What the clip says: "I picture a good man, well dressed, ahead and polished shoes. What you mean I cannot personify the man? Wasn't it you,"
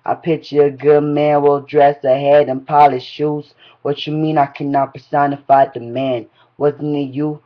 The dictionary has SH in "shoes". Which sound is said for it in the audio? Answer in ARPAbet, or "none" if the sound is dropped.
SH